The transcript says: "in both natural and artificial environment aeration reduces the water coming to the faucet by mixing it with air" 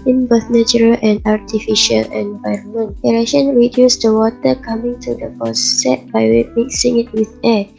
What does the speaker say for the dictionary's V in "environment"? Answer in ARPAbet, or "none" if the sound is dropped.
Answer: V